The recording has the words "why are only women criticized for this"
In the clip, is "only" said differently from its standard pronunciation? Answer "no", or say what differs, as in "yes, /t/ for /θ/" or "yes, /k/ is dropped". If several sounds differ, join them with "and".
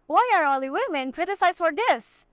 yes, /n/ is dropped